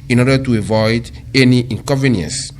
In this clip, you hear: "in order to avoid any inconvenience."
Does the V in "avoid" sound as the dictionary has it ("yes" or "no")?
yes